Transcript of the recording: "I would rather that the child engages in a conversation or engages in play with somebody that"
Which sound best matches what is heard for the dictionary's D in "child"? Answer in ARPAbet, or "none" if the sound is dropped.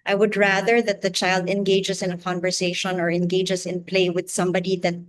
D